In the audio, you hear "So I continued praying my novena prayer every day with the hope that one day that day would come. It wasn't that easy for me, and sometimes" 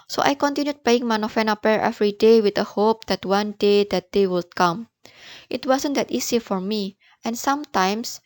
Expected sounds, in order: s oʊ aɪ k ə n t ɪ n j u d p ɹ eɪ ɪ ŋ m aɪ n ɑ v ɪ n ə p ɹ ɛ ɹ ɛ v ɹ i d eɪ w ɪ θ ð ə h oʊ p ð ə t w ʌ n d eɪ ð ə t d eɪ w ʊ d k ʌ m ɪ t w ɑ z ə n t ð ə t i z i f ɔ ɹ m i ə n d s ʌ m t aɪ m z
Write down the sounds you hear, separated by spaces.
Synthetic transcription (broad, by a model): s oʊ aɪ k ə n t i n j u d p eɪ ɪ ŋ m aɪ n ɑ f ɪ n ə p ɛ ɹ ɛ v ɹ i d eɪ w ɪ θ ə h oʊ p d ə t w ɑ n d eɪ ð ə t d eɪ w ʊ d k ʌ m ɪ t w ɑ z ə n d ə t i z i f ɔ ɹ m i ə n s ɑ m t aɪ m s